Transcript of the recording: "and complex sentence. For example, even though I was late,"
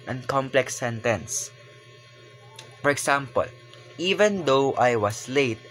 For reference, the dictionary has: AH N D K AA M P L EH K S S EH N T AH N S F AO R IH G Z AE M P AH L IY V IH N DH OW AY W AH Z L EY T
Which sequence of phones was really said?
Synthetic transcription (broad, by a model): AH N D K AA M P L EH K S S EH N T AH N S F AO R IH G S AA M P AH L IY V IH N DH OW AY W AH S L EY T